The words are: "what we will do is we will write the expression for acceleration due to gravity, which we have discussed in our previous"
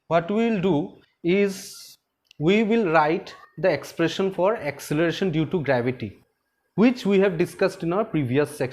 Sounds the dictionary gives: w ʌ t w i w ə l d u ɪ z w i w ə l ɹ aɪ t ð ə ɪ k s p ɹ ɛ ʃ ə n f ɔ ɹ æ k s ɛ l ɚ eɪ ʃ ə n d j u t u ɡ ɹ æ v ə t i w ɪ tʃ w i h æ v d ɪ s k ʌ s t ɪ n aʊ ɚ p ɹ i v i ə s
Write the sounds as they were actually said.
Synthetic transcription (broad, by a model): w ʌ t w i w ə l d u ɪ z w i w ə l ɹ aɪ t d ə ɪ k s p ɹ ɛ ʃ ə n f ɔ ɹ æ k s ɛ l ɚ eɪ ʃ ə n d j u t u ɡ ɹ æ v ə t i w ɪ tʃ w i h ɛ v d ɪ s k ʌ s t ɪ n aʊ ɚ p ɹ i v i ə s